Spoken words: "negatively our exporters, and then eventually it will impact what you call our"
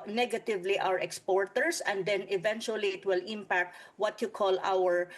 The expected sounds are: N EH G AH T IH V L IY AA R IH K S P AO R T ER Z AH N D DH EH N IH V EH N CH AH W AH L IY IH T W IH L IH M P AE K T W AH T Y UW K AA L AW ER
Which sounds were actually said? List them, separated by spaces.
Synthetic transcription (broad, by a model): N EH G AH T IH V L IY AA R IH K S P AO R T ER S AH N D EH N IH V EH N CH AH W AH L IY IH T W IH L IH M P AE K T W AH T Y UW K AA L AW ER